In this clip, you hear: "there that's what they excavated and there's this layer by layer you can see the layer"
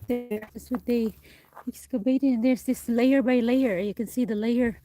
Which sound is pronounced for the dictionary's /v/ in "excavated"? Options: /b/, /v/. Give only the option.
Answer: /b/